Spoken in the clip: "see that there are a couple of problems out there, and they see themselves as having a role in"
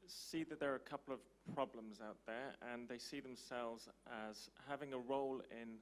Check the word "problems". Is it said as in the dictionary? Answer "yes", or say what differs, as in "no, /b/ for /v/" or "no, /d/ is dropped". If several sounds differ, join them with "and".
yes